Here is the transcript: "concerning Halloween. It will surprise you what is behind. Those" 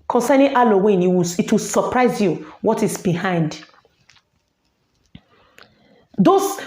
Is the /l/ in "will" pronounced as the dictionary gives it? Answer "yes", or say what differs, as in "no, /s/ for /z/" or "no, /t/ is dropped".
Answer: no, /w/ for /l/